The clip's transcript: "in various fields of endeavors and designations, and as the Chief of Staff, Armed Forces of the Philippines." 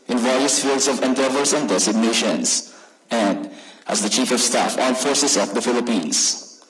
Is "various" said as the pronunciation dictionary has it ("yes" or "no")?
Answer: yes